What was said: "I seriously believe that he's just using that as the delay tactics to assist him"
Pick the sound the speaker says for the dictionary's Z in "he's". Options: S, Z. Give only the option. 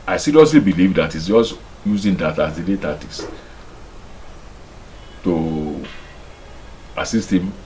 S